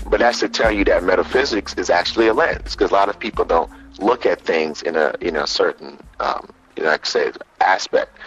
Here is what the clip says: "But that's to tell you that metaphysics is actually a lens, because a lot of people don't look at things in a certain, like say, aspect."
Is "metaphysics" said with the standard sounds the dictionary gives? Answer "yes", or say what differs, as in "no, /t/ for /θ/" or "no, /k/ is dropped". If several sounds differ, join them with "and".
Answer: yes